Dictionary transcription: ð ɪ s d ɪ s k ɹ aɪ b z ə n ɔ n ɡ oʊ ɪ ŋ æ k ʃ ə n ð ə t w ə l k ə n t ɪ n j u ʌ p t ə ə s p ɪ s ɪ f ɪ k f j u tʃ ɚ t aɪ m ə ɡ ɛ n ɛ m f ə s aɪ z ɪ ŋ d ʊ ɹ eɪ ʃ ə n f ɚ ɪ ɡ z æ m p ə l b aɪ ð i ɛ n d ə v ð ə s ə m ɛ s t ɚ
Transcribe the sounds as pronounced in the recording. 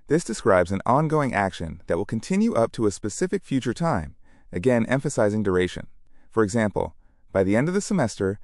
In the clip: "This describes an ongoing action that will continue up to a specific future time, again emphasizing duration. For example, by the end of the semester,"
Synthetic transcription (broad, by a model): ð ɪ s d ɪ s k ɹ aɪ b z ə n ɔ n ɡ oʊ ɪ ŋ æ k ʃ ə n ð ə t w ə l k n t ɪ n j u ʌ p t ə ə s p ɪ s ɪ f ɪ k f j u tʃ ɚ t aɪ m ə ɡ ɛ n ɛ m f ə s aɪ z ɪ ŋ d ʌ ɹ eɪ ʃ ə n f ɚ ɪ ɡ z æ m p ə l b aɪ ð i ɛ n d ə v ð ə s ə m ɛ s t ɚ